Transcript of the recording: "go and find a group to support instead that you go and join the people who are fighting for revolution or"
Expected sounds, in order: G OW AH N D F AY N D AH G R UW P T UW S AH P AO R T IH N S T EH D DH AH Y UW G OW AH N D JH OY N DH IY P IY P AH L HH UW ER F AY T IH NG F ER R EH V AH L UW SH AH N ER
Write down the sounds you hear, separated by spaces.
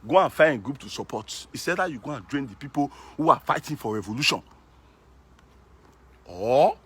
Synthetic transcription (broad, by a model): G OW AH N F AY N G R UW P T UW S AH P AO T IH S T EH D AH Y UW G OW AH N JH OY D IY P IY P AH L HH UW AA F AY T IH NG F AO R EH V AH L UW SH AH N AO